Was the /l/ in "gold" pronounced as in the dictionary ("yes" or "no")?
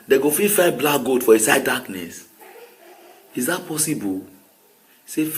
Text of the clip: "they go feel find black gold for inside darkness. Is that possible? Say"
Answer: no